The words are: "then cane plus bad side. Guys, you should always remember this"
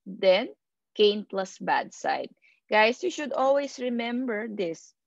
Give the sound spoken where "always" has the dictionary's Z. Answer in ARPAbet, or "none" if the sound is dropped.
S